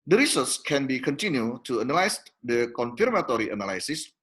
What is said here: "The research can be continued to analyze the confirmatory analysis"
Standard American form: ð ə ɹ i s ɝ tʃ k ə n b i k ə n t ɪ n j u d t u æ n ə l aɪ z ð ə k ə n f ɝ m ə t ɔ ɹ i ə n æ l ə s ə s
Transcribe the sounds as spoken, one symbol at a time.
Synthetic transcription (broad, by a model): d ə ɹ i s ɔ s k ə n b i k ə n t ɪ n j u t u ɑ n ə l aɪ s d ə k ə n f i m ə t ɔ ɹ i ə n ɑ l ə s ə s